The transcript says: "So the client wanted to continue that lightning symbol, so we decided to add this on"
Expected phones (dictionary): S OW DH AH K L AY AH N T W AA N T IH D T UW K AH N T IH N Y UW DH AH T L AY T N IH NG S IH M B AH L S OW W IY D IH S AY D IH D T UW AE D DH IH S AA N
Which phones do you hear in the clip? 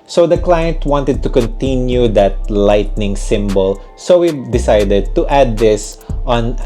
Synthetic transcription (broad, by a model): S OW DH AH K L AY AH N T W AA N T IH D T UW K AH N T IH N Y UW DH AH T L AY T N IH NG S IH M B AH L S OW W IY D IH S AY D IH D T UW AE D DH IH S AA N